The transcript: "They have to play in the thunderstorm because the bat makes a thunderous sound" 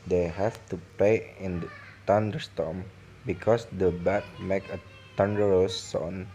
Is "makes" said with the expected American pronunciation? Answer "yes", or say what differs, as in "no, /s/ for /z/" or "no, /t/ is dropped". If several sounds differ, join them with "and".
no, /s/ is dropped